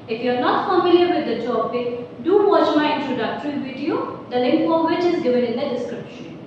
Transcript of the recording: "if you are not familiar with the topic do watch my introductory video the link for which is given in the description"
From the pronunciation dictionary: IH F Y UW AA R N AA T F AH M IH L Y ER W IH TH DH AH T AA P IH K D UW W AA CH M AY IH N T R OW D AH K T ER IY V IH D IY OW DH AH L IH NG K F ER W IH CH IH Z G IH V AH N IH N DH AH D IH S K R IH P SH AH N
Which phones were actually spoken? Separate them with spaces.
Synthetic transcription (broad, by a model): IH F Y UW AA R N AA T F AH M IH L Y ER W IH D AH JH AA B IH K D UW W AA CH M AY IH N T R OW D AH K T ER IY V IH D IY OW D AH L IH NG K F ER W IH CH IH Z G IH V AH N IH N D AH D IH S K R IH P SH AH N